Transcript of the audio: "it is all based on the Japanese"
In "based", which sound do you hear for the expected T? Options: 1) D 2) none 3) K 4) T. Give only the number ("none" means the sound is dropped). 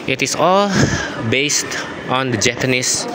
4